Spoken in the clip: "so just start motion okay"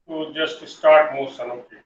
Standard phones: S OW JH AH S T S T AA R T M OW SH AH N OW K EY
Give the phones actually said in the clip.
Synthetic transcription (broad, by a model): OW JH AH S T S T AA R T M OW S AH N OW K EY